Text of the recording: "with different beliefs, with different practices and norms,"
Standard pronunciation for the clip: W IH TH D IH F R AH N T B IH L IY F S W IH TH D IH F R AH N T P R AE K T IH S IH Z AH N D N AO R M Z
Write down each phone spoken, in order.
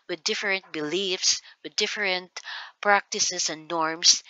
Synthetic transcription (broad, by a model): W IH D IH F R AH N T B IH L IY F S W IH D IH F R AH N T P R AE K T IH S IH S AH N D N AO R M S